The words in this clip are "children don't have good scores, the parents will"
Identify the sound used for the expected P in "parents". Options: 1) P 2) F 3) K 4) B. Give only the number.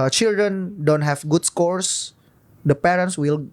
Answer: 1